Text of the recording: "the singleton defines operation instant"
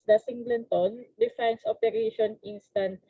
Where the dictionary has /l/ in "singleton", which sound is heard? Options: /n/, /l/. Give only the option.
/n/